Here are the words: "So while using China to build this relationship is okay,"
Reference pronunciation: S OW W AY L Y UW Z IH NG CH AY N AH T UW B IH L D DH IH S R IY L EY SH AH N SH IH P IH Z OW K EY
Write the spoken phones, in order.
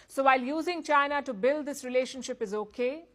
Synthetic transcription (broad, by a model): S OW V AY L Y UW Z IH NG CH AY N AH T UW B IH L D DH IH S R IY L EY SH AH N SH IH P IH Z OW K EY